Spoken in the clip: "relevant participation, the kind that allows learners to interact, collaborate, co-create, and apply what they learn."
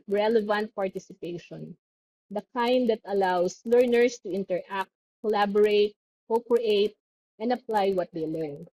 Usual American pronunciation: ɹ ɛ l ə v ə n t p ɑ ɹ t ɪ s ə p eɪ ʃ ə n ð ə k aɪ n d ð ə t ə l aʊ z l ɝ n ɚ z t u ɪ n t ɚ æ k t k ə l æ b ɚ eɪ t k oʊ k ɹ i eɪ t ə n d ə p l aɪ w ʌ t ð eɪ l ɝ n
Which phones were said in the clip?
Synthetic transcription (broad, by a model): ɹ ɛ l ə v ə n t p ɑ ɹ t ɪ s ə p eɪ ʃ ə n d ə k aɪ n d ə t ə l aʊ s l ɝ n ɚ s t u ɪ n t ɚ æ k t k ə l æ b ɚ eɪ t k oʊ k ɹ i eɪ t ə n d ə p l aɪ w ʌ t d eɪ l ɝ n